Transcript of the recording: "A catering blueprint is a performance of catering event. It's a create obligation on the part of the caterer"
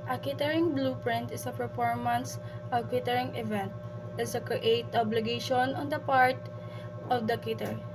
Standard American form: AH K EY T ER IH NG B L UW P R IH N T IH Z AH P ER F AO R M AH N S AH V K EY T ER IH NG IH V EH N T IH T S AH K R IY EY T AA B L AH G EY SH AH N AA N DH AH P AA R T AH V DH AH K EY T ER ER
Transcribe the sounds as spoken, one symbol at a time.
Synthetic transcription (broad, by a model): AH K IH T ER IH NG B L UW P R IH N T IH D AH P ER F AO R M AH N S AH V K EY T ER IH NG IH V EH N T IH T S AH K R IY EY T AA B L AH G EY SH AH N AA N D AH P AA R T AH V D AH K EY T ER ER